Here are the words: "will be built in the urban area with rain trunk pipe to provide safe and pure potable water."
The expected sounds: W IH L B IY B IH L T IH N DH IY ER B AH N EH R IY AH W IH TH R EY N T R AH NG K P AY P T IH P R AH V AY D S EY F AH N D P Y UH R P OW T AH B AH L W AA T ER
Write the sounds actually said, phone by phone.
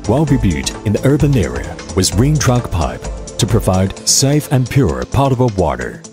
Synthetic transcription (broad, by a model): W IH L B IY B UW T IH N DH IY ER B AH N EH R IY AH W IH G R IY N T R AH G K P AY P T IH P R AH V AY D S EY F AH N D P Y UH R P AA T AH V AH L W AA T ER